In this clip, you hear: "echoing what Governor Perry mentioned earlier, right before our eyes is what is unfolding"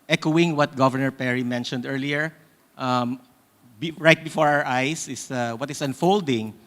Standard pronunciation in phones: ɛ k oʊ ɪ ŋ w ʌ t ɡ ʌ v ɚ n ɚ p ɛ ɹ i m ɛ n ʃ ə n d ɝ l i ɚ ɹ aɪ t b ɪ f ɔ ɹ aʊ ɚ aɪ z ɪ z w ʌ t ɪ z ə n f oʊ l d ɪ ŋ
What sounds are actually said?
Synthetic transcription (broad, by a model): ɛ k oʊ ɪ ŋ w ʌ t ɡ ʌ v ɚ n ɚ p ɛ ɹ i m ɛ n ʃ ə n d ɝ l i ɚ ɹ aɪ t b ɪ f ɔ ɹ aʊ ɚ aɪ s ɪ s w ʌ t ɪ s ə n f oʊ l d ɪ ŋ